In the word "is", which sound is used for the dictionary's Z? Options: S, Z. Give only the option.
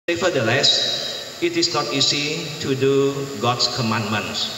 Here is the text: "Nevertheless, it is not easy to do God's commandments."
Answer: S